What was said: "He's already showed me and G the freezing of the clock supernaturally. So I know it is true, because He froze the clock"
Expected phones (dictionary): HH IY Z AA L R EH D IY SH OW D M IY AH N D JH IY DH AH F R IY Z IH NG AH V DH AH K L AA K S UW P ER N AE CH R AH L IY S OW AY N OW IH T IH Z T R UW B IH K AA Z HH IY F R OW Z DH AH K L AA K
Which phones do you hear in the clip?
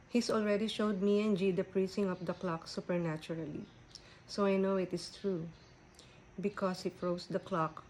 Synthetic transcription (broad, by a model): HH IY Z AA L R EH D IY SH OW D M IY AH N JH IY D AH P R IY S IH NG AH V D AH K L AA K S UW P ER N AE CH R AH L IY S OW AY N OW IH T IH S T R UW B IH K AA S HH IY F R OW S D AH K L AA K